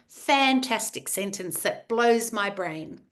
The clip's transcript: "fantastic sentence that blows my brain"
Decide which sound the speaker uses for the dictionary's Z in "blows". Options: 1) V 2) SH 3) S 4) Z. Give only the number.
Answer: 4